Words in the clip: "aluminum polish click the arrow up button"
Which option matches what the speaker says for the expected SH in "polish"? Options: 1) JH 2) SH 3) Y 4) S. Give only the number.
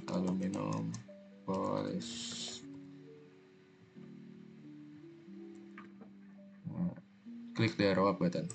4